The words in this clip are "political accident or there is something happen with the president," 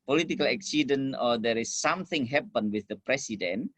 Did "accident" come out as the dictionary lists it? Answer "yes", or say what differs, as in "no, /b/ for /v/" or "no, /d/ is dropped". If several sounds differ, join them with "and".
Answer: no, /t/ is dropped